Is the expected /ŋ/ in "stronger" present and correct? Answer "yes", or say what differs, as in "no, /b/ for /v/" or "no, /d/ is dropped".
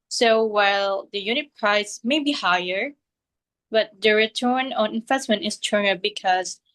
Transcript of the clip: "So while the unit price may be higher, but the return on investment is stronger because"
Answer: no, /ŋ/ is dropped